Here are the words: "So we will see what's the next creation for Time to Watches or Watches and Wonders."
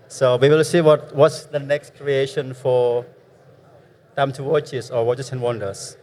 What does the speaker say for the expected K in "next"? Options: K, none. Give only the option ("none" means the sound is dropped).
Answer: K